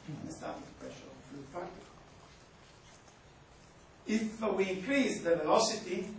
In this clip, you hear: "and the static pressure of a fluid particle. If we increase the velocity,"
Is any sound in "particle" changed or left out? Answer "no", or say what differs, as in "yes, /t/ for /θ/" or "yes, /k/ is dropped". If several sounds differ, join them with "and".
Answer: yes, /k/ is dropped